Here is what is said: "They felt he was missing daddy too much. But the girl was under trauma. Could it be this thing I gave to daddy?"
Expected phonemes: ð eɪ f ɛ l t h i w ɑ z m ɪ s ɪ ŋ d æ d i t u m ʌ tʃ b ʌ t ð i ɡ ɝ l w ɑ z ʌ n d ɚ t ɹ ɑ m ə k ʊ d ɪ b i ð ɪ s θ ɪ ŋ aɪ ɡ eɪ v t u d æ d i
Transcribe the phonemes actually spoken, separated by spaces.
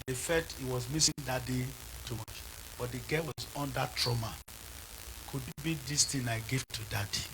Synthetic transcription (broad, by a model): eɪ f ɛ t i w ɑ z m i s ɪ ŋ d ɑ d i t u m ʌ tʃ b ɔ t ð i ɡ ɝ w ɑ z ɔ n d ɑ t ɹ ɑ m ə k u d b i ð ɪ s t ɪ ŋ aɪ ɡ eɪ v t u d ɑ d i